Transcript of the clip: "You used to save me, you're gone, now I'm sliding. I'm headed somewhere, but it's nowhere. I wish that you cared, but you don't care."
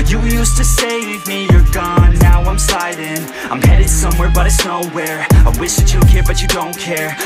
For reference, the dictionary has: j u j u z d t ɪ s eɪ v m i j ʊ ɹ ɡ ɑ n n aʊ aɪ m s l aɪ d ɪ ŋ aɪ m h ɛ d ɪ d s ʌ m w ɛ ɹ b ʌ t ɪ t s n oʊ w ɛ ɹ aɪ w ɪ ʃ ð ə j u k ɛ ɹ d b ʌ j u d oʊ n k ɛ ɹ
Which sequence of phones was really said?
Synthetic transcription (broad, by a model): j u j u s t ɪ s eɪ w m i j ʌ ɹ ɡ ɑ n n aʊ aɪ m s aɪ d ɪ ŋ aɪ m h ɛ d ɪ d s ʌ m w ɛ ɹ b ʌ t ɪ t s n oʊ w ɛ ɹ aɪ w ɪ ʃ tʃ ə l k ɛ ɹ b ʌ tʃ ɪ d oʊ n k ɛ ɹ